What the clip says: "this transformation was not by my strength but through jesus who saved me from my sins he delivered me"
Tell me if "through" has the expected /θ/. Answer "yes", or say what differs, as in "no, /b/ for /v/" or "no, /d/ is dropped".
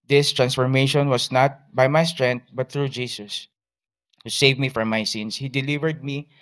no, /t/ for /θ/